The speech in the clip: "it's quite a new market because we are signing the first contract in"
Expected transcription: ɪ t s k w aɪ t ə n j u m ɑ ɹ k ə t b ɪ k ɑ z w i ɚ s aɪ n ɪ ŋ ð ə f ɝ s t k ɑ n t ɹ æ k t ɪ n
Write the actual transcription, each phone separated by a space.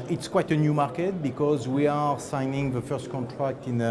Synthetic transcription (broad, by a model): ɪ t s k w aɪ t ə n j u m ɑ ɹ k ə t b ɪ k ɑ z w i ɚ s aɪ n ɪ ŋ ð ə f ɝ s t k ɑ n t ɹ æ k t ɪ n